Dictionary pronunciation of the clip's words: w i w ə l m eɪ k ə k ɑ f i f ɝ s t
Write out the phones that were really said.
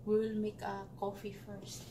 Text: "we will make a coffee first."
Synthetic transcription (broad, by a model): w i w l m eɪ k ə k ɑ f i f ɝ s t